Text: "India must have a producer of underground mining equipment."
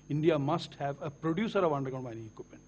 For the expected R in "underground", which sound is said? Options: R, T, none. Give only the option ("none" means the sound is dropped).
none